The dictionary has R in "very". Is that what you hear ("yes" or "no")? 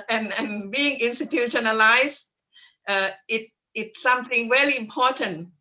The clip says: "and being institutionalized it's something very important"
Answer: no